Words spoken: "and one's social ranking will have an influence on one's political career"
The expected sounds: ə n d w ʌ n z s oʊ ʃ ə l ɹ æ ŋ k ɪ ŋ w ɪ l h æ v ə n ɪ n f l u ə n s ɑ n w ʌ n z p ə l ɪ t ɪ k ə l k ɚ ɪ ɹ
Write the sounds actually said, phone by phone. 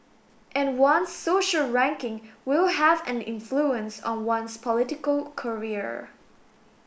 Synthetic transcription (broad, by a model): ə n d w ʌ n s oʊ ʃ ə l ɹ æ ŋ k ɪ ŋ w ɪ l h æ v ə n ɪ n f l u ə n s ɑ n w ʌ n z p ə l ɪ t ɪ k ə l k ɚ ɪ ɹ